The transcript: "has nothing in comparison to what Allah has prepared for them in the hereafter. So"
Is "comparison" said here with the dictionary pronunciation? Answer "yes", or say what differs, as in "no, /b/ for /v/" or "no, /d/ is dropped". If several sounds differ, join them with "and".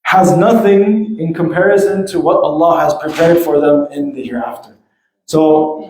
yes